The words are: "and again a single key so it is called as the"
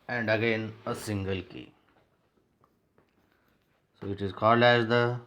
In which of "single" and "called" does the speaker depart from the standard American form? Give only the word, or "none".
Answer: none